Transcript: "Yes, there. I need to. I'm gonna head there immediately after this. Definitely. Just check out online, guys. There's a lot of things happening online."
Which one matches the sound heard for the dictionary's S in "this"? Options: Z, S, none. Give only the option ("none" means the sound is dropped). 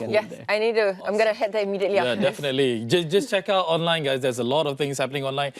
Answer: none